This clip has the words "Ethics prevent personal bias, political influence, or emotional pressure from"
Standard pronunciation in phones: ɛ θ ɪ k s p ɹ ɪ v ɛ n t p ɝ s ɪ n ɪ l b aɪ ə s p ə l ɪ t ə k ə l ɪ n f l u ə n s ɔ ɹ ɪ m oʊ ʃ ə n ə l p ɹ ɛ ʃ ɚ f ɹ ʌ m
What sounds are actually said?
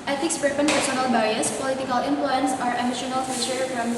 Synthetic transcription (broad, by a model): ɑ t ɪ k s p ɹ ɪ p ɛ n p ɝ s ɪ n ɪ l b aɪ ə s p ə l ɪ t ə k ə l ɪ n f l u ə n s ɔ ɹ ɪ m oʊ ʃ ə n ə l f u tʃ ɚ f ɹ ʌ m